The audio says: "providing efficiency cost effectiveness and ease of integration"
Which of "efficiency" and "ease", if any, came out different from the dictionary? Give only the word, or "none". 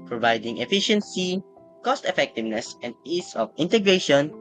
ease